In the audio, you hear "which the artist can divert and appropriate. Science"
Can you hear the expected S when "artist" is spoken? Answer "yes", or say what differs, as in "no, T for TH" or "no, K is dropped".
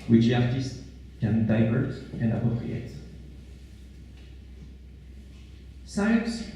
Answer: yes